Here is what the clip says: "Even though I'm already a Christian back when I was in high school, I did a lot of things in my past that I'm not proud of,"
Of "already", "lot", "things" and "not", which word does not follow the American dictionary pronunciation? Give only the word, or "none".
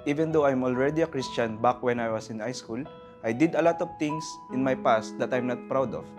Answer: things